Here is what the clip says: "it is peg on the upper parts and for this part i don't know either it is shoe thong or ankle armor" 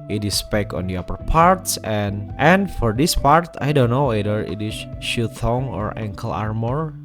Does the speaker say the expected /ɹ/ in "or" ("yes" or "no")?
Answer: yes